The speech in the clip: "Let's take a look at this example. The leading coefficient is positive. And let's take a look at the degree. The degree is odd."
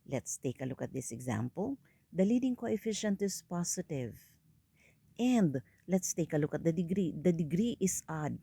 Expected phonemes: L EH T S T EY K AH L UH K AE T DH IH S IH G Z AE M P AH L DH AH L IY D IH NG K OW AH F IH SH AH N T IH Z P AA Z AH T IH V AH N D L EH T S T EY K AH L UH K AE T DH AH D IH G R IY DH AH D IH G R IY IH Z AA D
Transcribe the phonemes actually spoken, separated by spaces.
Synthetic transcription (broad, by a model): L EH T S T EY K AH L UH K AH T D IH S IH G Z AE M P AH L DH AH L IY D IH NG K OW AH F IH SH AH N T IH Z P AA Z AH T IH V AH N D L EH T S T EY K AH L UH K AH T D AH D IH G R IY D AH D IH G R IY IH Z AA D